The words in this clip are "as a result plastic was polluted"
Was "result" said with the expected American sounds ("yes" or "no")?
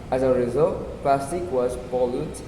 yes